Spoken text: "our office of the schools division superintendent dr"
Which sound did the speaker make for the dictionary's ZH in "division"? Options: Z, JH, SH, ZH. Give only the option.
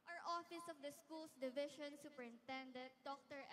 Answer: SH